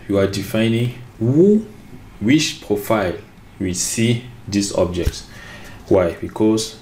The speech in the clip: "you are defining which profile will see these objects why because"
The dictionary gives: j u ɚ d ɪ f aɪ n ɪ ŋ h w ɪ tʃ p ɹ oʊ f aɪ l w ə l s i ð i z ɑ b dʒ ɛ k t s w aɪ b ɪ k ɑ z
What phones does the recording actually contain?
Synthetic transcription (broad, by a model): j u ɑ d ɪ f aɪ n ɪ ŋ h w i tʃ p ɹ oʊ f aɪ l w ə s i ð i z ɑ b dʒ ɛ k t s w aɪ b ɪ k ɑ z